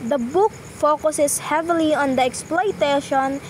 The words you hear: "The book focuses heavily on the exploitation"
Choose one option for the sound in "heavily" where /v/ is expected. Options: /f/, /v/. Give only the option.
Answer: /v/